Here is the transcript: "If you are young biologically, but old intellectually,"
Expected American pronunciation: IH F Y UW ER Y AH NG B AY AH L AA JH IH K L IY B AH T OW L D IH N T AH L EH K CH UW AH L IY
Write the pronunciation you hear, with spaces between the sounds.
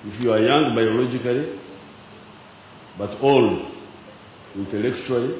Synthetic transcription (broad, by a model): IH F Y UW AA Y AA NG B AY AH L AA JH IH K L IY B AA T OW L IY N T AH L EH K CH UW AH L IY